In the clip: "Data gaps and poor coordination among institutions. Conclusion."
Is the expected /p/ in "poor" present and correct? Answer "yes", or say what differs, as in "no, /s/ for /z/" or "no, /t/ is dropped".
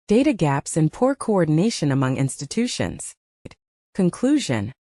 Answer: yes